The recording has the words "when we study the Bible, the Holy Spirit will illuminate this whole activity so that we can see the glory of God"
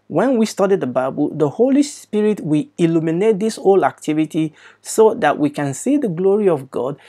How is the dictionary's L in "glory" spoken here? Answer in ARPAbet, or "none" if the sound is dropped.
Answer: L